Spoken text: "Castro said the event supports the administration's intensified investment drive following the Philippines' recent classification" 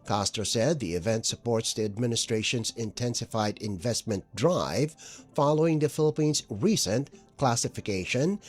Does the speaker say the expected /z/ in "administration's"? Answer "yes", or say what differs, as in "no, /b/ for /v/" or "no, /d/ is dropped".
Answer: yes